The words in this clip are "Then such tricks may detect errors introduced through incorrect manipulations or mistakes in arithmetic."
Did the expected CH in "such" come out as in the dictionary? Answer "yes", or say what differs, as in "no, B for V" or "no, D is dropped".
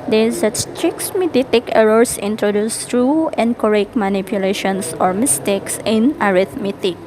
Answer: no, S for CH